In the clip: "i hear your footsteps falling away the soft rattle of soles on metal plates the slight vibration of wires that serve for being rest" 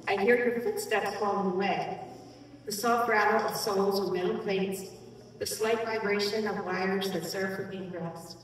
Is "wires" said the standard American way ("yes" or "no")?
yes